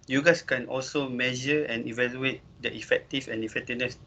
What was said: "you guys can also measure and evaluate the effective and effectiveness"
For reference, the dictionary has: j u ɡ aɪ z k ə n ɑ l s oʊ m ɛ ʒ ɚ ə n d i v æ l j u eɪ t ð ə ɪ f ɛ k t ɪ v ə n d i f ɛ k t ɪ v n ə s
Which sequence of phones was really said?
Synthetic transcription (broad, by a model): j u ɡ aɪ s k ə n ɑ l s oʊ m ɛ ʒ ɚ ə n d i v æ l j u eɪ t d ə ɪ f ɛ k t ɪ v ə n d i f ɛ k t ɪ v n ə s